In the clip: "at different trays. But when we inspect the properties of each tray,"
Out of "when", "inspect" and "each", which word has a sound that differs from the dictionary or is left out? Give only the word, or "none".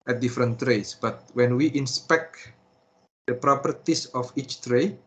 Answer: none